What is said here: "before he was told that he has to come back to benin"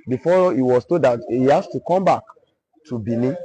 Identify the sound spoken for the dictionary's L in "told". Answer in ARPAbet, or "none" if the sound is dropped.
none